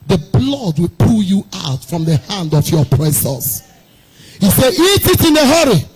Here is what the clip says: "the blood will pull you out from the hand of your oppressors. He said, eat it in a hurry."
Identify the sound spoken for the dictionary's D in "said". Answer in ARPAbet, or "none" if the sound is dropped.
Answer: none